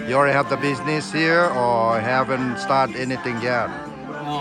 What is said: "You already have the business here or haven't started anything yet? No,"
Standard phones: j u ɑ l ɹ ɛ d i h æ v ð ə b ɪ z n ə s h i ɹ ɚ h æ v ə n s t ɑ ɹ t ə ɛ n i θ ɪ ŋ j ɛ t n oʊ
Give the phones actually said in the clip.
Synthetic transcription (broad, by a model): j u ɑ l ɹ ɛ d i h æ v ð ə b ɪ z n ə s h i ɹ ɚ h æ v ə n s t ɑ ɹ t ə ɛ n i θ ɪ ŋ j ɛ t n